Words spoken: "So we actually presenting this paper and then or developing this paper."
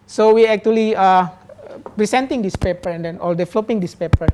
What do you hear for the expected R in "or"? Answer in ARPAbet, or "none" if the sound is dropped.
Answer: L